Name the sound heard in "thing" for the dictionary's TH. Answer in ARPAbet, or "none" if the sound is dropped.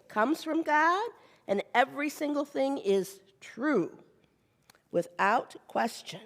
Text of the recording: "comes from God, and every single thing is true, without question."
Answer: TH